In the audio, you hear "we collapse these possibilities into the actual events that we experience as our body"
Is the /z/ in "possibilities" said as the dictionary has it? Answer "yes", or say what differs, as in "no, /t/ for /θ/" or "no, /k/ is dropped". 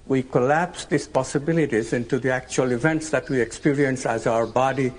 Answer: yes